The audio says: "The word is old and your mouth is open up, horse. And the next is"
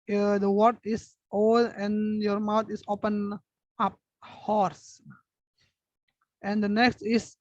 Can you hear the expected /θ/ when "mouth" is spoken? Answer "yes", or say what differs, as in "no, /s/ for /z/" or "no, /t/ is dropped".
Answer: no, /t/ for /θ/